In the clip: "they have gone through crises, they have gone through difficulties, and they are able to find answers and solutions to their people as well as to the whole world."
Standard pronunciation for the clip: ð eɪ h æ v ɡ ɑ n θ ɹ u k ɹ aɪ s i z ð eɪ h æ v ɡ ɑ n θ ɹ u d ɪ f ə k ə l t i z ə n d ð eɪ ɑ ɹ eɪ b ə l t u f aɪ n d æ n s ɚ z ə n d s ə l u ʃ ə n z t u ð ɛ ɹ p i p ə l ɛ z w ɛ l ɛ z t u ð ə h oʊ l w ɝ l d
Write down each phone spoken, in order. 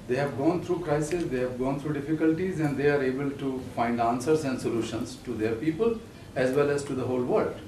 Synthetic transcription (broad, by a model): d eɪ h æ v ɡ ɑ n t ɹ u k ɹ aɪ s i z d eɪ h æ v ɡ ɑ n t ɹ u d ɪ f ə k ə l t i z ə n d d eɪ ɑ ɹ eɪ b ə l t u f aɪ n d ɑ n s ɚ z ə n d s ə l u ʃ ə n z t u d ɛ ɹ p i p ə l ɛ z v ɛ l ɛ z t u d ə h oʊ l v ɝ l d